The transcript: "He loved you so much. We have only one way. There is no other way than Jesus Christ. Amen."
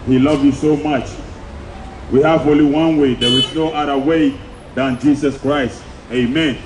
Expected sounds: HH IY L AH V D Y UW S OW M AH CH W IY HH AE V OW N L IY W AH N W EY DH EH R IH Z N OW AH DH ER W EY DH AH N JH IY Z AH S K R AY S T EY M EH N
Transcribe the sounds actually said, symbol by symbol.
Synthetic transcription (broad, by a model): HH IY L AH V Y UW S OW M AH CH W IY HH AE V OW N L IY W AH N W EY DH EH W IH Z N OW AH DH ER W EY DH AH N JH IY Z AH S K R AY S T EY M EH N